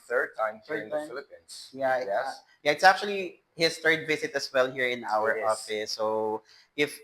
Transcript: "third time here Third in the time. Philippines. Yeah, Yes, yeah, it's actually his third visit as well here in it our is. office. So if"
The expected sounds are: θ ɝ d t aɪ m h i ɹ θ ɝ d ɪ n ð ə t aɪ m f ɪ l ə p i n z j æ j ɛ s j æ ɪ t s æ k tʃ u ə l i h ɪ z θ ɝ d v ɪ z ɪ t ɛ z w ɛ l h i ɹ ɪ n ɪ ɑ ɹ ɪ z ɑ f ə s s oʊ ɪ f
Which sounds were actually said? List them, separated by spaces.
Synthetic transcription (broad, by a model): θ ɝ d t aɪ m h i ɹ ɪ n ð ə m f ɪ l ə p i n s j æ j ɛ j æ ɪ t s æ k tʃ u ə l i h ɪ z θ ɝ d v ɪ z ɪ t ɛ s w ɛ l h i ɹ ɪ n ɑ w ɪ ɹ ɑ f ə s s oʊ ɪ f